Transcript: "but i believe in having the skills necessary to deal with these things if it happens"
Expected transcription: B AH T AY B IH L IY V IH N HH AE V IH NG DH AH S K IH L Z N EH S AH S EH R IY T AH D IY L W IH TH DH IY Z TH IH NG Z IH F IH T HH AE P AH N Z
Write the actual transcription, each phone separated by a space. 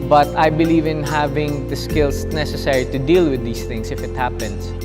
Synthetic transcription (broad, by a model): B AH T AY B IH L IY V IH N HH AE V IH NG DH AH S K IH L S N EH S AH S EH R IY T AH D IY L W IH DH IY S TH IH NG S IH F IH T HH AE P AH N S